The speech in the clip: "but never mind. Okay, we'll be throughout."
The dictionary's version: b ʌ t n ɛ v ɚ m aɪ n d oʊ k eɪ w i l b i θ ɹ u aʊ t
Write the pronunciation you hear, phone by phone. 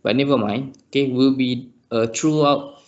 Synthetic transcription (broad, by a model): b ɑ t n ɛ v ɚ m aɪ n oʊ k eɪ w i l b i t ɹ u aʊ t